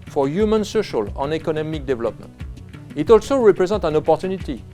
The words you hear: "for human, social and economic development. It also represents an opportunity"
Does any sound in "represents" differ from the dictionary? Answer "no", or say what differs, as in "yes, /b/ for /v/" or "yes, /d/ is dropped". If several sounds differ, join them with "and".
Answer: yes, /n/ is dropped and /s/ is dropped